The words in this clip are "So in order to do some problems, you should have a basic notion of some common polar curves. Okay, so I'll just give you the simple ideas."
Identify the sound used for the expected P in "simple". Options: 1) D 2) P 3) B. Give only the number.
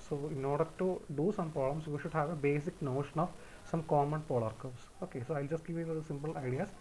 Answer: 2